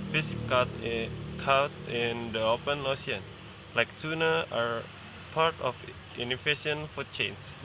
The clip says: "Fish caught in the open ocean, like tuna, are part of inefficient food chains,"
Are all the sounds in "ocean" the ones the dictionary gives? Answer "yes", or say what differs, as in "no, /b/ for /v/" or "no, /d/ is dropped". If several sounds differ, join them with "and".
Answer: no, /s/ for /ʃ/